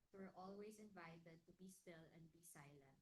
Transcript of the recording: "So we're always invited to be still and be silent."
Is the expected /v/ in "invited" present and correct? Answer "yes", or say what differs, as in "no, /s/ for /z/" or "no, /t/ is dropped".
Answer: yes